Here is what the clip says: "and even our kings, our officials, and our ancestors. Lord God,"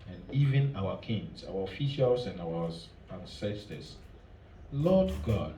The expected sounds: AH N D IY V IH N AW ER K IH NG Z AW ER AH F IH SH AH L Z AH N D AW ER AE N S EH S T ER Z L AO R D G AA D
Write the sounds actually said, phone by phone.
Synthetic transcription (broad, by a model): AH N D IY V IH N AW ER K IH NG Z AW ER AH F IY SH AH L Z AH N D AW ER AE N S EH S T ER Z L AO D G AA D